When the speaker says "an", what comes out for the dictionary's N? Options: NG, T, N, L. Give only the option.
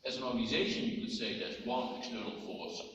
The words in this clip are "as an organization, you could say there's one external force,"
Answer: N